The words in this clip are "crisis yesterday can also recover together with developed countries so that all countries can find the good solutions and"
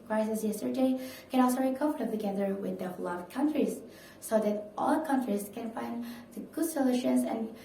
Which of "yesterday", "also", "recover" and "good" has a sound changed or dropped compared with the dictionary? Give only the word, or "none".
recover